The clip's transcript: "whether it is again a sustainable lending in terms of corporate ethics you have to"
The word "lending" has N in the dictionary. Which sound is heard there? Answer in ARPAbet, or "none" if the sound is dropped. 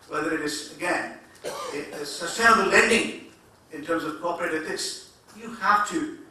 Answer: N